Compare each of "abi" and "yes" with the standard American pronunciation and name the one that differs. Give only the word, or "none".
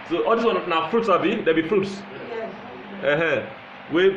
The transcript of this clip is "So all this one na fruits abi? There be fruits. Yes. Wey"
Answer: yes